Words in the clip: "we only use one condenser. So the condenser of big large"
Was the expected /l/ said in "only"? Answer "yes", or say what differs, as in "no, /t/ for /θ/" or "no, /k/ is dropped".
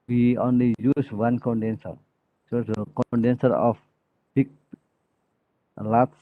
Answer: yes